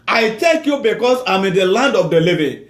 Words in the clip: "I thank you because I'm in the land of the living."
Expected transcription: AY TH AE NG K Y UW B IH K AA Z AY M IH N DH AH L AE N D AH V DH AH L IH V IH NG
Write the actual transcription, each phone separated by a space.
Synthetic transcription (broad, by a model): AY T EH K Y UW B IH K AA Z AY M IH N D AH L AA N D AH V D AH L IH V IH